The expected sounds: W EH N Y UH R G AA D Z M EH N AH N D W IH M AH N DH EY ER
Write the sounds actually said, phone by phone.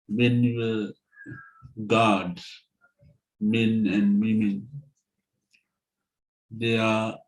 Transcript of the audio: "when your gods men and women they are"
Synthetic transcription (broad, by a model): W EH N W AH G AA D M EH N AH N D W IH M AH N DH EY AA